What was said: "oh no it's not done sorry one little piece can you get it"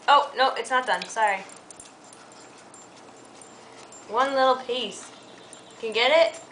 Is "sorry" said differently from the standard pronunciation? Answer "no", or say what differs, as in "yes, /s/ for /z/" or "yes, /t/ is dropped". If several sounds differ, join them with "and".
no